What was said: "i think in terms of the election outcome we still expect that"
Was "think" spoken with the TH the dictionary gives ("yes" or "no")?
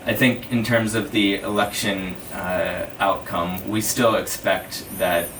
yes